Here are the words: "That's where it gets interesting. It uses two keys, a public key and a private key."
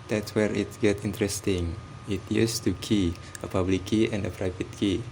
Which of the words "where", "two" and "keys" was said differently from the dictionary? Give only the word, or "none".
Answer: keys